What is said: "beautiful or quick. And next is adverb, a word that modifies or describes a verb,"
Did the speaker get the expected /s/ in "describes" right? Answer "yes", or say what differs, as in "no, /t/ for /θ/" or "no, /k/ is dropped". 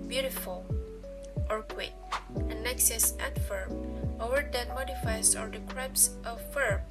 no, /s/ is dropped